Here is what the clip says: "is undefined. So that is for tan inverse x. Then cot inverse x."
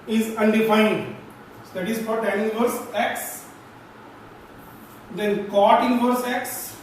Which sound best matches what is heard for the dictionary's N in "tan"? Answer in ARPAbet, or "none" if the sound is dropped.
none